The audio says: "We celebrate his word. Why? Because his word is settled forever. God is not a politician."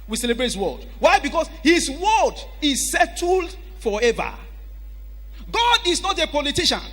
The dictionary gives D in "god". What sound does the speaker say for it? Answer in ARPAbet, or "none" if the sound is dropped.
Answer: D